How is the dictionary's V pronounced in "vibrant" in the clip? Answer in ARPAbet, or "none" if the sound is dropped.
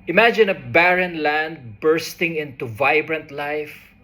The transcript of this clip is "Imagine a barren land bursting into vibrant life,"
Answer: V